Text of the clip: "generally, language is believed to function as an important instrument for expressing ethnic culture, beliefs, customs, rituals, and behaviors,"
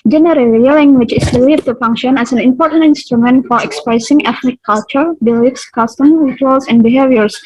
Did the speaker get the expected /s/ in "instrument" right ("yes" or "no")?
yes